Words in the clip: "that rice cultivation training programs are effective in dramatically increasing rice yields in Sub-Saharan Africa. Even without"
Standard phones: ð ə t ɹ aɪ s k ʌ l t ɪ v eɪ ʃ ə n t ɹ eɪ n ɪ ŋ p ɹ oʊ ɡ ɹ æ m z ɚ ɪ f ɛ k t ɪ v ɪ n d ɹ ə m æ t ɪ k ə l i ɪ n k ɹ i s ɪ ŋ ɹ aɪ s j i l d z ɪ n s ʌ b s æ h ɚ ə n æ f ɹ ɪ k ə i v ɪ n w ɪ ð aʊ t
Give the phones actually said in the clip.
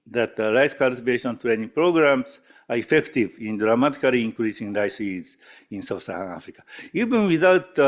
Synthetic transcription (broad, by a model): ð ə t ɹ aɪ s k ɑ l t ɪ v eɪ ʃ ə n t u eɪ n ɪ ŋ p ɹ oʊ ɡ ɹ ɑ m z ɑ ɪ f ɛ k t ɪ v ɪ n d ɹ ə m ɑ t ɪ k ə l i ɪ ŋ k ɹ i s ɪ ŋ ɹ aɪ s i d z ɪ n s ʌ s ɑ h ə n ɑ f ɹ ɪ k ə i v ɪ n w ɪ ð aʊ t